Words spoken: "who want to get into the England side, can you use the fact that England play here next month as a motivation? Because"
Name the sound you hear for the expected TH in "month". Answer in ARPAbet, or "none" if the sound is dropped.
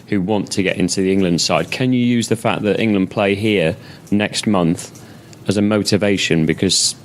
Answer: TH